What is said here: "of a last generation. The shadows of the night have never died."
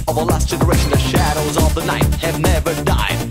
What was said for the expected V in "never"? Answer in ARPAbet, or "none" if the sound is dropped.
V